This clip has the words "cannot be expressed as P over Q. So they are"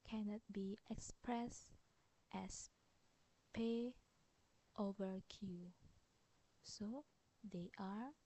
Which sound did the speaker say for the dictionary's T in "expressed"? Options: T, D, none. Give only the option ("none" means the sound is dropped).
T